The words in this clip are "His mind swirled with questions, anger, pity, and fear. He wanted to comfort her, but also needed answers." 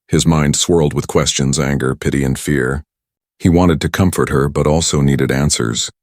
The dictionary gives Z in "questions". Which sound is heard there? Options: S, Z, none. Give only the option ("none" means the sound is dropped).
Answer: Z